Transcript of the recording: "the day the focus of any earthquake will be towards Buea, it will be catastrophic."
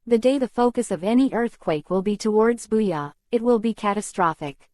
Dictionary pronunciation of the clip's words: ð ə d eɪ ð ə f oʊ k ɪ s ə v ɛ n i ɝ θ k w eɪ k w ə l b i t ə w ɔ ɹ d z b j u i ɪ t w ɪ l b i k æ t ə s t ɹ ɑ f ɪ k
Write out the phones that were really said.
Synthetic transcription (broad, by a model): ð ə d eɪ ð ə f oʊ k ɪ s ə v ɛ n i ɝ θ k w eɪ k w ə l b i t ə w ɔ ɹ d z b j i ɪ t w ɪ l b i k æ t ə s t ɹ ɑ f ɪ k